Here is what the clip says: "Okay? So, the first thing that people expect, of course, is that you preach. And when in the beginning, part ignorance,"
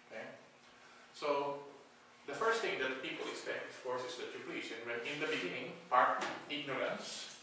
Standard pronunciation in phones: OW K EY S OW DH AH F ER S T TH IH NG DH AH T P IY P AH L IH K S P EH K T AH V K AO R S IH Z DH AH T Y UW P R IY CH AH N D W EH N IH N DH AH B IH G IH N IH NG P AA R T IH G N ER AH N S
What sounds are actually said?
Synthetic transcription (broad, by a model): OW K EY S OW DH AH F ER S T TH IH NG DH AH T P IY P AH L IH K S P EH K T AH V K AO R S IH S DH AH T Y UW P L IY S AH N W EH N IH N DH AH B IH G IH N IH NG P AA R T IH G N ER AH N S